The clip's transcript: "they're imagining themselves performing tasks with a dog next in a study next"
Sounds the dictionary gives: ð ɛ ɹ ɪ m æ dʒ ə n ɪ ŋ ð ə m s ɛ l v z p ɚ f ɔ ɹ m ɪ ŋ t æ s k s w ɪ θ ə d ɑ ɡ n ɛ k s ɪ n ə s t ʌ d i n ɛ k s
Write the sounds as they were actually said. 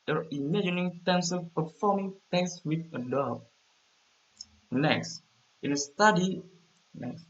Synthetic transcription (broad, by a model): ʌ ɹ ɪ m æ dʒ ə n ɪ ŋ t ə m s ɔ v p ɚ f ɔ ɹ m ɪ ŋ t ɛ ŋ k s w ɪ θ ə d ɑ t n ɛ k s ɪ n ə s t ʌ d i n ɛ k s